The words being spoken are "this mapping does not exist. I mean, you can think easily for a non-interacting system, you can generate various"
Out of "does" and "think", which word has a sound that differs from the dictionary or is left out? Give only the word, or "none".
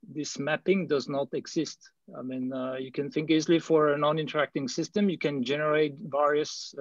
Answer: none